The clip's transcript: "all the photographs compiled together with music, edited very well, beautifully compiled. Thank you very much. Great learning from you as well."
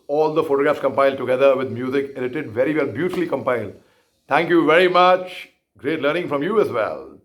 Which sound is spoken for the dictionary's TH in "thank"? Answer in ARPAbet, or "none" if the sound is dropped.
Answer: T